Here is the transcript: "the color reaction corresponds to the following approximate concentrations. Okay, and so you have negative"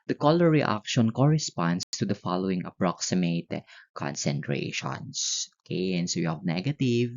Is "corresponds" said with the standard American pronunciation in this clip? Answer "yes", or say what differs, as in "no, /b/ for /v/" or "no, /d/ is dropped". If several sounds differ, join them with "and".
no, /s/ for /z/